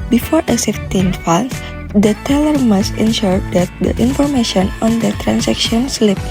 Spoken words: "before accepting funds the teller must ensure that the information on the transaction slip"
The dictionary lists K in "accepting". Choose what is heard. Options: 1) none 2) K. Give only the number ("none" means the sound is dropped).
1